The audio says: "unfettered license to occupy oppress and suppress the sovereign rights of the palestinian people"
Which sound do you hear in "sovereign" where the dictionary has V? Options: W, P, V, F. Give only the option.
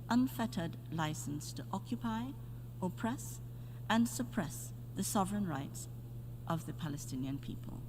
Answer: V